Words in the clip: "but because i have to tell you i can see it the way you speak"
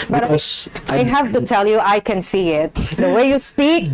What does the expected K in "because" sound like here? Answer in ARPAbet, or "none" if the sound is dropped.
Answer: none